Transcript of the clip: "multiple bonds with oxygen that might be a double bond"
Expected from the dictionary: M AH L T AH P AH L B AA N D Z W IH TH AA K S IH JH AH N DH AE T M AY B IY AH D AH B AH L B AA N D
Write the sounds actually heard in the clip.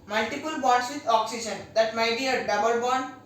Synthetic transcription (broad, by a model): M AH L T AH P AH L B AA D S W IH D AA K S IH JH AH N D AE T M AY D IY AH D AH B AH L B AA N